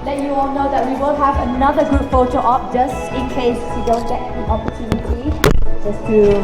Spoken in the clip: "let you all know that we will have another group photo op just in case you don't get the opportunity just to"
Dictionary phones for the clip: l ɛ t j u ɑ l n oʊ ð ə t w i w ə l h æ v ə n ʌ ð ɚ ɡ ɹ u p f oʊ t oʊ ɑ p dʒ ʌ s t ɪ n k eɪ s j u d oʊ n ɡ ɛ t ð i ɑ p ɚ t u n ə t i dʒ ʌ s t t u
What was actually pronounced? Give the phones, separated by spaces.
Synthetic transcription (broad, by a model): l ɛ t j u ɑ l n oʊ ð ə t w i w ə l h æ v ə n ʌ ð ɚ ɡ u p f oʊ t oʊ ɑ p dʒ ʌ s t ɪ n k eɪ s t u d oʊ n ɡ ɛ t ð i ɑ p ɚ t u n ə t i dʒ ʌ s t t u